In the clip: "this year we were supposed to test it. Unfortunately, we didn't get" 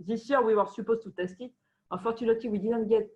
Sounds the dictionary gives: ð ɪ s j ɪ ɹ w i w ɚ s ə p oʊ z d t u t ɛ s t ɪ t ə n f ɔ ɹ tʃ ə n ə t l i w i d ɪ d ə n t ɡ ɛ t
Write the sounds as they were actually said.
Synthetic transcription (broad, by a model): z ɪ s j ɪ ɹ w i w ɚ s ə p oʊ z t u t ɛ s t ɪ t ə f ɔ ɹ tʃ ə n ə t i w i d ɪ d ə n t ɡ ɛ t